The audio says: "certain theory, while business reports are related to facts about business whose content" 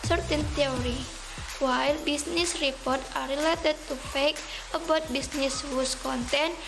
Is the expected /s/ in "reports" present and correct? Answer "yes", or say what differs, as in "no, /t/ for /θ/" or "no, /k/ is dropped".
no, /s/ is dropped